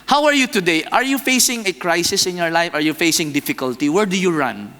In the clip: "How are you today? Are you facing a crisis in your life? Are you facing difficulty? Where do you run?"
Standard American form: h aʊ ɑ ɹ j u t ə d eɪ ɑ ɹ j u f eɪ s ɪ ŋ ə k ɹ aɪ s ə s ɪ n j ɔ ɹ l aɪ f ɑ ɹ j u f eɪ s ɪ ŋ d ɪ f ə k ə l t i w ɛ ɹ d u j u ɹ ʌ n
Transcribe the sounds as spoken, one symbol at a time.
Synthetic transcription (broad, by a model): h aʊ ɑ ɹ j u t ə d eɪ ɑ ɹ j u f eɪ s ɪ ŋ ə k ɹ aɪ s ə s ɪ n j ɔ ɹ l aɪ f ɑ ɹ j u f eɪ s ɪ ŋ d ɪ f ə k ə l t i w ɛ ɹ d u j u ɹ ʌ n